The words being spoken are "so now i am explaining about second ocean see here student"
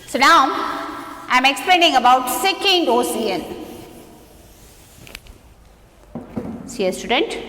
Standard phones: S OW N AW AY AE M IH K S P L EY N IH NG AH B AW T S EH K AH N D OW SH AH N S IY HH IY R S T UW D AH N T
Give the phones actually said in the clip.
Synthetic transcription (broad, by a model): S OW N AW AY M IH K S P L EY N IH NG AH B AW T S EH K AH N D OW S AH N S IY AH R S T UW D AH N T